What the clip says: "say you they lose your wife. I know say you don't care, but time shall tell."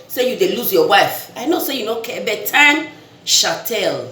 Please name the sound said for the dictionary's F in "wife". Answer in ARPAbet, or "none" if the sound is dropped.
F